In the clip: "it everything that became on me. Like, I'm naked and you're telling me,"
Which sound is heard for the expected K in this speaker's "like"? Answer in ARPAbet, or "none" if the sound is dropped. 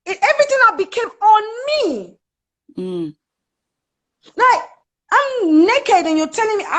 none